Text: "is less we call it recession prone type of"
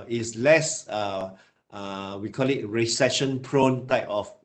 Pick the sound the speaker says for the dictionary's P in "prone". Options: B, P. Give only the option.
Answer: P